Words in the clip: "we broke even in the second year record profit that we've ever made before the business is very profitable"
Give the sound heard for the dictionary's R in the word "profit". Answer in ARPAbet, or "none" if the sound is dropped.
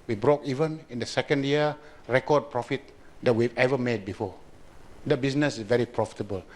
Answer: R